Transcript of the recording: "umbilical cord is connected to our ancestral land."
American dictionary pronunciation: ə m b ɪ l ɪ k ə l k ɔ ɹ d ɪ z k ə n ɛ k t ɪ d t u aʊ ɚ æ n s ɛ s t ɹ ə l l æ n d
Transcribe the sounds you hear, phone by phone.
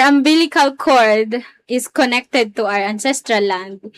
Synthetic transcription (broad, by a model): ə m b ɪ l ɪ k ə l k ɔ ɹ d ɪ s k ə n ɛ k t ɪ d t u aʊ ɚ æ n s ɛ s t ɹ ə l l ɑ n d